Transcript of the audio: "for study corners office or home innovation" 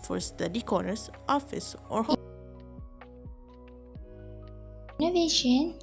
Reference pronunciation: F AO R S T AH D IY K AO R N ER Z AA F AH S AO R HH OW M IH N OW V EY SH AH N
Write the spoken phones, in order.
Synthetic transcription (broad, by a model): F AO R S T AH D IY K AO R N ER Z AA F AH S AO R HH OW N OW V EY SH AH N